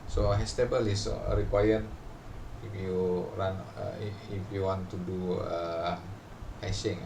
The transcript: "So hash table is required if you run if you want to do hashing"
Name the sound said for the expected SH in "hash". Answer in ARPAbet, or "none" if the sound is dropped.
S